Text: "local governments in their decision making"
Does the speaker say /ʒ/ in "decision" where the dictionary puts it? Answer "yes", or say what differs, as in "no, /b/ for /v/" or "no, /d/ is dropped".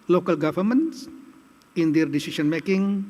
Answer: no, /s/ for /ʒ/